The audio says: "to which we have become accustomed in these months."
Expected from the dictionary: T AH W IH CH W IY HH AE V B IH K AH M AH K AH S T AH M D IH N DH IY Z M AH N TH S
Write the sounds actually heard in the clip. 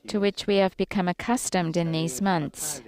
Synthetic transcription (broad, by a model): T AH W IH CH W IY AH V B IH K AH M AH K AH S T AH M D IH N DH IY Z M AH N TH S